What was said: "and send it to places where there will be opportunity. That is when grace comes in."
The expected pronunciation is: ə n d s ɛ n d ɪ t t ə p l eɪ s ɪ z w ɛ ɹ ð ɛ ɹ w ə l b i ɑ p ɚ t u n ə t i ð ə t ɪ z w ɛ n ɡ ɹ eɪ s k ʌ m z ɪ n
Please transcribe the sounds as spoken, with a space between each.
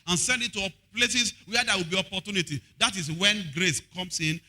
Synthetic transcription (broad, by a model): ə n s ɛ n d ɪ t t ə p l eɪ s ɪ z w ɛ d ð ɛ w ə l b i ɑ p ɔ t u n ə t i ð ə t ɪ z w ɛ n ɡ ɹ eɪ s k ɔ m s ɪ n